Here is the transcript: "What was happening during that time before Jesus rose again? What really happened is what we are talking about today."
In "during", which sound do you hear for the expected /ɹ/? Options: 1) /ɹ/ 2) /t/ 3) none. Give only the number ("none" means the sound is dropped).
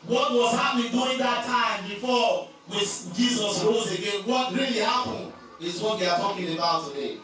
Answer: 3